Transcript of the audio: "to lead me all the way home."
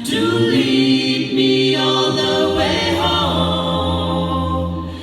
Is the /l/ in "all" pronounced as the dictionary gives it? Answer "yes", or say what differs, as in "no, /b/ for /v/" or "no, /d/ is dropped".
no, /n/ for /l/